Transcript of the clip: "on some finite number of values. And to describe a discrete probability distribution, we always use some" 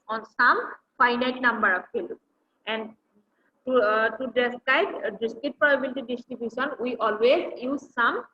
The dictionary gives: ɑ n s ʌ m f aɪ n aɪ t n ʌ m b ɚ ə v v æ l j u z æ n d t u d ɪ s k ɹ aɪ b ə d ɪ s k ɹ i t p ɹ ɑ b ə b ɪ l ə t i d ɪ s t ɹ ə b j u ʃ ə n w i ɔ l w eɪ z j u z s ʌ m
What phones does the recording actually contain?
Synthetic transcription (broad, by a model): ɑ n s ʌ m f aɪ n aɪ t n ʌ m b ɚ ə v f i l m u n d t u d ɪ s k aɪ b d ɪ s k i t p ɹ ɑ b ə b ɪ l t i d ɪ s t ɹ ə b j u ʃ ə n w i ɔ l w eɪ z j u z s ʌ m